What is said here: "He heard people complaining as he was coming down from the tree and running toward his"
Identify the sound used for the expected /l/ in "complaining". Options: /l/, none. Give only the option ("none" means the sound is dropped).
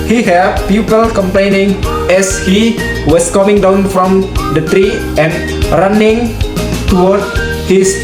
/l/